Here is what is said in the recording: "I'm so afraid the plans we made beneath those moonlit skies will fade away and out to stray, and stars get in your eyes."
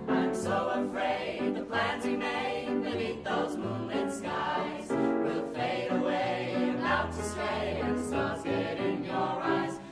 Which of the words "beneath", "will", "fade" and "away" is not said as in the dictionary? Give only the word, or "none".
beneath